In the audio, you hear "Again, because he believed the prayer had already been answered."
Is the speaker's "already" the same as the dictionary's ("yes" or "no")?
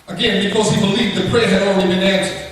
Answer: no